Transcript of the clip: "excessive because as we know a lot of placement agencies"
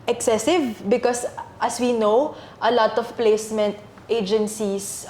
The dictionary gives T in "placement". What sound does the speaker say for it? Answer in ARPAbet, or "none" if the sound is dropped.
T